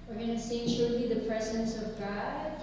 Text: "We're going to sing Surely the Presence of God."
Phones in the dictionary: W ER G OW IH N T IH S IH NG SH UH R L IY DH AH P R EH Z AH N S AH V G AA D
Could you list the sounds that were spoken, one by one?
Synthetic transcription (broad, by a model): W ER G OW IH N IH S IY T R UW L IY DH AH P R EH Z AH N S AH V G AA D